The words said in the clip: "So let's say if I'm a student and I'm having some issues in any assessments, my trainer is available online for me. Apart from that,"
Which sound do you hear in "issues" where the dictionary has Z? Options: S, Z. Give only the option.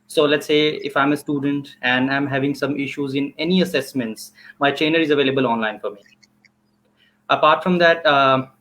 Z